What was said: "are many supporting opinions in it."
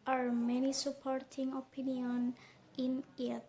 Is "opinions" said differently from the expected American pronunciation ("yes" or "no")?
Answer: yes